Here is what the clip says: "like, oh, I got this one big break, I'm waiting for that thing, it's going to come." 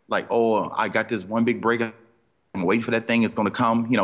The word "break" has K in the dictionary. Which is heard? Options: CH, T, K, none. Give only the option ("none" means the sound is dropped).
none